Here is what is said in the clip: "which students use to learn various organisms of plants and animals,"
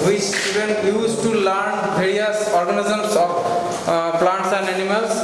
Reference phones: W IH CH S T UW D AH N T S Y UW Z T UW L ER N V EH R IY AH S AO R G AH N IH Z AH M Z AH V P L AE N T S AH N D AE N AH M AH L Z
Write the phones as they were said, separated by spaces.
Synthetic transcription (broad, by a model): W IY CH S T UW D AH N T Y UW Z T UW L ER N B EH R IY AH S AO R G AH N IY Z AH M S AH P P L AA N T S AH N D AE N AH M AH L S